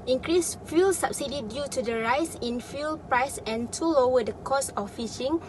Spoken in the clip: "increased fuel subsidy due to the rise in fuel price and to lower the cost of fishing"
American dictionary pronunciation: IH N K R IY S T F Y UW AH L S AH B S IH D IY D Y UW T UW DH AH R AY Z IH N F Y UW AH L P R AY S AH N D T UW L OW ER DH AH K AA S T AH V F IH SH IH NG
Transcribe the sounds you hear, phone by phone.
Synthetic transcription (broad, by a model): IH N K R IY S F Y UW L S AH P S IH D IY D Y UW T UW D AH R AY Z IH N F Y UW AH L P R AY S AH N T UW L OW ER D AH K AA S AH F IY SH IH NG